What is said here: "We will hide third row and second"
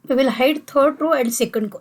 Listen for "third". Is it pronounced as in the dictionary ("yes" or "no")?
no